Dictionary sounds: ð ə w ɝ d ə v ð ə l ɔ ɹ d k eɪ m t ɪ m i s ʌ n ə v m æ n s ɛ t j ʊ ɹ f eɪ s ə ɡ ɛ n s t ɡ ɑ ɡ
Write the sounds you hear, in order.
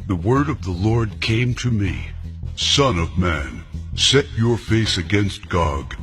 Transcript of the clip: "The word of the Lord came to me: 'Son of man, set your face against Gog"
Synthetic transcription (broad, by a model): ð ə w ɝ d ə v ð ə l ɔ ɹ d k eɪ m t ɪ m i s ʌ n ə v m æ n s ɛ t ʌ ɹ f eɪ s ə ɡ ɛ n s t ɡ ɑ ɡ